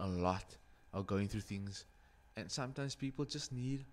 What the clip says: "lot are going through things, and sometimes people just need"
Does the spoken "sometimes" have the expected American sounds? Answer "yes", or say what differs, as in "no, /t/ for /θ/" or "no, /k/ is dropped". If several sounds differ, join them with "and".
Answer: no, /s/ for /z/